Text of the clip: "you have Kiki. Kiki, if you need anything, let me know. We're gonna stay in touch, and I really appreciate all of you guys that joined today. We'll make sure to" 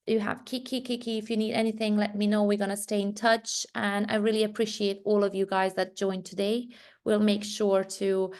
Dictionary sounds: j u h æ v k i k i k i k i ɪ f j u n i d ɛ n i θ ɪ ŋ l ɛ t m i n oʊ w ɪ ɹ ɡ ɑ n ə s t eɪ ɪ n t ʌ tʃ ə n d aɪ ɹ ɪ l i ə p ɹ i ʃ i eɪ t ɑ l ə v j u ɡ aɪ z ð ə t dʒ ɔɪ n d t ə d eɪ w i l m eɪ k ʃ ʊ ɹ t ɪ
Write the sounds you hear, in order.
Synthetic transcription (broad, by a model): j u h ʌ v k i k i k i k i ɪ f j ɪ n i d ɛ n i θ ɪ ŋ l ɛ t m i n oʊ w ɪ ɹ ɡ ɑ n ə s t eɪ ɪ n t ʌ tʃ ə n aɪ ɹ ɪ l i ə p ɹ i ʃ i eɪ t ɑ l ə v j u ɡ aɪ z ð ə t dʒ ɔɪ n t ə d eɪ w i l m eɪ k ʃ ʊ ɹ t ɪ